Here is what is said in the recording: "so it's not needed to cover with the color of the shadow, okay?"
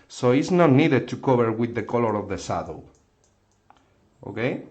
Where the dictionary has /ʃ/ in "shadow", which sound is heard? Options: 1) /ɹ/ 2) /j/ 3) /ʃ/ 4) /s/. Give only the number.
4